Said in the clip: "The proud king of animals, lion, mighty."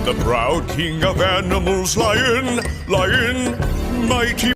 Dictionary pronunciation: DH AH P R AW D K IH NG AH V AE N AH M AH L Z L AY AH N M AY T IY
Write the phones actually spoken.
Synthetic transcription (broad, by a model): DH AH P R AW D K IH NG AH V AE N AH M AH L Z L AY AH N M AY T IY